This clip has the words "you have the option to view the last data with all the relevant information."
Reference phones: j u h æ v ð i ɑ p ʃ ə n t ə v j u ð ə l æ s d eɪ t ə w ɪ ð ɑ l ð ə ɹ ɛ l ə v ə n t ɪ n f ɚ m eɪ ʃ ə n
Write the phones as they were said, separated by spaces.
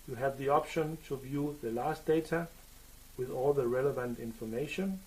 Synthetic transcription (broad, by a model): j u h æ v ð i ɑ p ʃ ə n t ə v j u ð ə l æ s d eɪ t ə w ɪ ð ɑ l ð ə ɹ ɛ l ə v ə n t ɪ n f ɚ m eɪ ʃ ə n